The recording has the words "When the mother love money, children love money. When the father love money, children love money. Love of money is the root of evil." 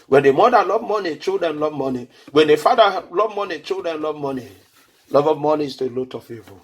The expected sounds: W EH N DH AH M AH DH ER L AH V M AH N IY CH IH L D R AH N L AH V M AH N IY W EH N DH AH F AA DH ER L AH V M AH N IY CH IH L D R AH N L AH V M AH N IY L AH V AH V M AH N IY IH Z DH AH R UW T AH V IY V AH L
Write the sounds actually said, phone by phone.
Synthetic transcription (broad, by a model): W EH N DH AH M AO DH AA L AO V M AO N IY CH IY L D R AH N L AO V M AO N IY W EH N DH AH F AA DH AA L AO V M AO N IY CH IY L D R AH N L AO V M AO N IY L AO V AH V M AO N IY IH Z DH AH L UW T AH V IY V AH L